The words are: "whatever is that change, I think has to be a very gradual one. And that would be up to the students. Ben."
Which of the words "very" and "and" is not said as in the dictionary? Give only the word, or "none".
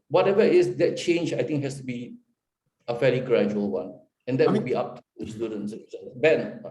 very